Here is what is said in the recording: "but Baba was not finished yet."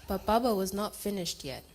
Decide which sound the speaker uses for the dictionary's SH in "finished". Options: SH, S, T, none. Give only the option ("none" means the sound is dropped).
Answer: SH